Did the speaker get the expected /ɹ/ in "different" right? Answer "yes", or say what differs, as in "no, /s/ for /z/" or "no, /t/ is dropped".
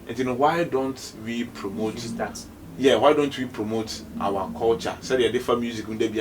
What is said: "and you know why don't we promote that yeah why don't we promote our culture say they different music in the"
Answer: no, /ɹ/ is dropped